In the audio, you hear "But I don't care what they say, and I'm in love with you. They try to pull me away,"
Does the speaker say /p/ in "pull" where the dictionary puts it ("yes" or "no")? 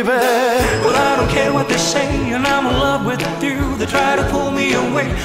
yes